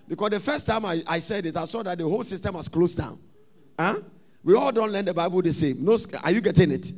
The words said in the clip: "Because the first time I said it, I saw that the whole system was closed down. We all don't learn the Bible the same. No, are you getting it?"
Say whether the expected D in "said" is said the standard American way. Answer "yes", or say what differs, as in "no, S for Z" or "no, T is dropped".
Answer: yes